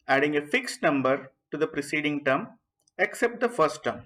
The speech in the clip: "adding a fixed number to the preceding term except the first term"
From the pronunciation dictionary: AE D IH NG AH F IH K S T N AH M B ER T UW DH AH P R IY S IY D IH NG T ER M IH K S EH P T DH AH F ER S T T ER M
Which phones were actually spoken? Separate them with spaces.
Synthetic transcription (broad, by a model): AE D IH NG AH F IH K S T N AH M B ER T UW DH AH P R IY S IY D IH NG T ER M IH K S EH P T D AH F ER S T T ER M